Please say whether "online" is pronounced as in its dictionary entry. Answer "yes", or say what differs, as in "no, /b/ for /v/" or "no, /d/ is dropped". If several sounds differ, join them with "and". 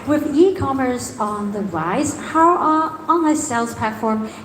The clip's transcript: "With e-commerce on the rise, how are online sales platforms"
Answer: no, /l/ is dropped